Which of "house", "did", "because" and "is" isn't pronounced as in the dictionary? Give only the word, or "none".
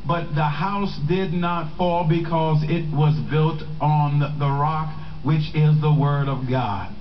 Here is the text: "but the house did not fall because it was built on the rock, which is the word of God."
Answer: none